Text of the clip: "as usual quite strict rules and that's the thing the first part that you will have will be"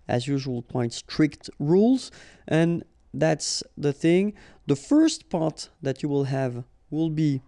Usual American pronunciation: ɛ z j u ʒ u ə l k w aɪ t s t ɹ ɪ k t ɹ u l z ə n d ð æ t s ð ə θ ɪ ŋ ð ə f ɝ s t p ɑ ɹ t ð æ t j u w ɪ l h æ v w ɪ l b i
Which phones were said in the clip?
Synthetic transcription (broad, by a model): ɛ z j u ʒ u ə l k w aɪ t s t ɹ ɪ k t ɹ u l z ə n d ð æ t s ð ə θ ɪ ŋ ð ə f ɝ s t p ɑ ɹ t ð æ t j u w ɪ l h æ v w ɪ l b i